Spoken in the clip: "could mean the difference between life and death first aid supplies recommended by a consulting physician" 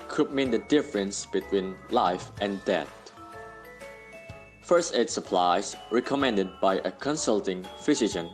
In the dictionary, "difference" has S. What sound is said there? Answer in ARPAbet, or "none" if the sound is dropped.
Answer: S